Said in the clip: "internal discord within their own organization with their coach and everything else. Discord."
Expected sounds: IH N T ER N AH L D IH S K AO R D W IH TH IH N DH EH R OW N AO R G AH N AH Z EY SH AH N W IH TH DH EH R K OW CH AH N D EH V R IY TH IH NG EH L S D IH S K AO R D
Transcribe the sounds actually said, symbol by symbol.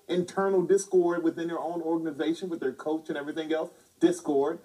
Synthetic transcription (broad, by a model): IH N T ER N L D IH S K AO R D W IH TH IH N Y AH R OW N AO R G AH N AH Z EY SH AH N W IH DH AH R K OW CH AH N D EH V R IY TH IH NG EH L S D IH S K AO R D